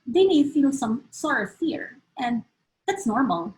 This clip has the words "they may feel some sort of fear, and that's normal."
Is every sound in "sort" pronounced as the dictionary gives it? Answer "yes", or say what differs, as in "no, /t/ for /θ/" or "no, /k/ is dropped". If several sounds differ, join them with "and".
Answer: no, /t/ is dropped